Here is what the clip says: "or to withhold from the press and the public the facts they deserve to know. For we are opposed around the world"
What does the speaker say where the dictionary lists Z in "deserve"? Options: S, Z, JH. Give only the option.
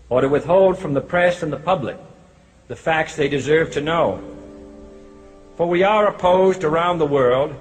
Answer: Z